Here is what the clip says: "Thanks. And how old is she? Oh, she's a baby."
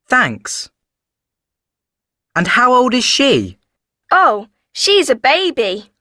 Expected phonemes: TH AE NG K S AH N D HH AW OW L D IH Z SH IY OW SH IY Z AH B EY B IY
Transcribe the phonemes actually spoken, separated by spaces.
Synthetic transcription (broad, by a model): TH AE NG K S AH N HH AW OW L D IH Z SH IY OW SH IY Z AH B EY B IY